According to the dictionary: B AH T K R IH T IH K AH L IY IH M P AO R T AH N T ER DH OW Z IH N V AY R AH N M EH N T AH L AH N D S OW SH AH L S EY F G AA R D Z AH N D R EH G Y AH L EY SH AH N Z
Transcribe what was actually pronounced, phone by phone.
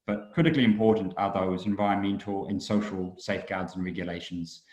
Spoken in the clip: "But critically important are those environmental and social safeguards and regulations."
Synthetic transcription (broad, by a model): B AH T K R IH T IH K AH L IY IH M P AO T N T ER DH OW Z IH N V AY AH M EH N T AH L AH N S OW SH AH L S EY F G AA D Z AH N R EH G Y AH L EY SH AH N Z